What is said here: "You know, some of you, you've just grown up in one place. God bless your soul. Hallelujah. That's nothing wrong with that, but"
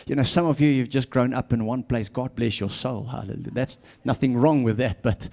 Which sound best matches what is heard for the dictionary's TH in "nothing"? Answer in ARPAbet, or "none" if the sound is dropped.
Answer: TH